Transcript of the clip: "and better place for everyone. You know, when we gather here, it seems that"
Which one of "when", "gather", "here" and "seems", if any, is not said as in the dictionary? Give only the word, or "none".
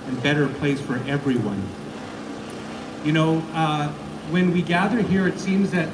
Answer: none